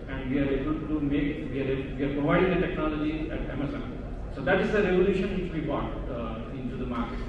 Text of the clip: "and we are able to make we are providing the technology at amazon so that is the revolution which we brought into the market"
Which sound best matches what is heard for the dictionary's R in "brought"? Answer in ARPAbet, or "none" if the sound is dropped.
none